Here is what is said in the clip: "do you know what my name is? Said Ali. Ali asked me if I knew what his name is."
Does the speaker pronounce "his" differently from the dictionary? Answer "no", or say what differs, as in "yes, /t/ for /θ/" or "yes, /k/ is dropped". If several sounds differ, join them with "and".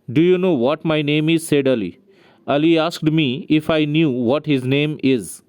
no